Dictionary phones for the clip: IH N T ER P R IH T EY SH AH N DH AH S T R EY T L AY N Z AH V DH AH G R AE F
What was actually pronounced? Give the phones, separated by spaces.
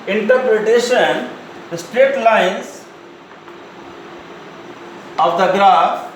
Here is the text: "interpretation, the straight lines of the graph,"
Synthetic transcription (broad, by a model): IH N T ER P R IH T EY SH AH N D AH S T R EY T L AY N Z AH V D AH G R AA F